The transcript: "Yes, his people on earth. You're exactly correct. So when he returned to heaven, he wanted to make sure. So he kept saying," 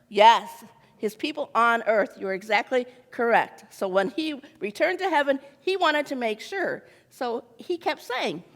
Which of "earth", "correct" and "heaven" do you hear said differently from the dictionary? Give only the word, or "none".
none